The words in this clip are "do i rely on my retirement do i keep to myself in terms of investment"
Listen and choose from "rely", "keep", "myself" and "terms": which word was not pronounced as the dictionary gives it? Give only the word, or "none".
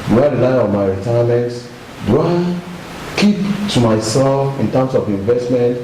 terms